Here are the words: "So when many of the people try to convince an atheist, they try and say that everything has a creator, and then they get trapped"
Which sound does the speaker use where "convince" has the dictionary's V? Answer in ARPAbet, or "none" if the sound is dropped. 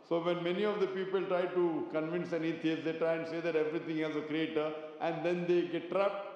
V